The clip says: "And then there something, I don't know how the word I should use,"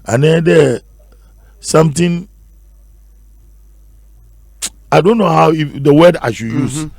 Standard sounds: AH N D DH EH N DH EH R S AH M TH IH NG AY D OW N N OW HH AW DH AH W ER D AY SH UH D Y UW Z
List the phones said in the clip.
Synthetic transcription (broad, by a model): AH N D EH N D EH S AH M T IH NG AY D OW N N OW HH AW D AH W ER D AY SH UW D Y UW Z